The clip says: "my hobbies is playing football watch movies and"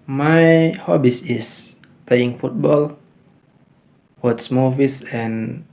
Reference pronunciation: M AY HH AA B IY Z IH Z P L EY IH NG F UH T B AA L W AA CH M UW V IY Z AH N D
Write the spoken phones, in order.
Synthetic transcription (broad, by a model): M AY HH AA B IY S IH S P L EY IH NG F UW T B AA L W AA S M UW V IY S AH N